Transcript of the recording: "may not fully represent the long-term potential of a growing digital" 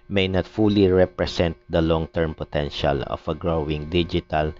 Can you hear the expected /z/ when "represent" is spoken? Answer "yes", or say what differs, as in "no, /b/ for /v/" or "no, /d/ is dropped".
no, /s/ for /z/